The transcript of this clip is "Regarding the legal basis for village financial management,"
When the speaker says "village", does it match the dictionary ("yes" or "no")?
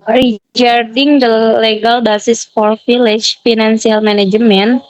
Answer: no